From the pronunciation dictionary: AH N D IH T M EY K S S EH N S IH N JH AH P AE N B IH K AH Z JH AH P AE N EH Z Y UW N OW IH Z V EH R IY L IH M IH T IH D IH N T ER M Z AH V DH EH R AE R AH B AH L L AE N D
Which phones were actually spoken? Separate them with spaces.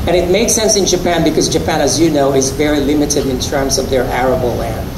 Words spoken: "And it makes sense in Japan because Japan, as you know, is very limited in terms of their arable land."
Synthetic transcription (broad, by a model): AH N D IH T M EY K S S EH N S IH N JH AH P AE N B IH K AH Z JH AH P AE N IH Z Y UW N OW IH Z V EH R IY L IH M IH T IH D IH N T ER M Z AH V DH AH R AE R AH B L L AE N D